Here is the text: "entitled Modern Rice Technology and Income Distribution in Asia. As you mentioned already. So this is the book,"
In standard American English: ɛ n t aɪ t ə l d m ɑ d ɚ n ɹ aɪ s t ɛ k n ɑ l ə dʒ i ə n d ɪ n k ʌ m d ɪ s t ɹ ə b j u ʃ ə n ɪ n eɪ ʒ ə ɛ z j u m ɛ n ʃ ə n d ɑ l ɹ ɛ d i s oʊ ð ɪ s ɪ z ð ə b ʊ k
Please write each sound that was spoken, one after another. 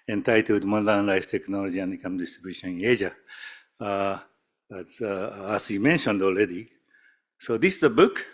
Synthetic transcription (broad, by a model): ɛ n t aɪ t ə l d m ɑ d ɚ n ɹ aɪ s t ɛ k n ɑ l ə dʒ i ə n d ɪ k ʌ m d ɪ s t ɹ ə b j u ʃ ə n ɪ n eɪ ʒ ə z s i m ɛ n ʃ ə n d ɑ l ɹ ɛ d i s oʊ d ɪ s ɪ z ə b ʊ k